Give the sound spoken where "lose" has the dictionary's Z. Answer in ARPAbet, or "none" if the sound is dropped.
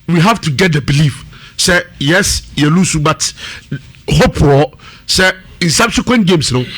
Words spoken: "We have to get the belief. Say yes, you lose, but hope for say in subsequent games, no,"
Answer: S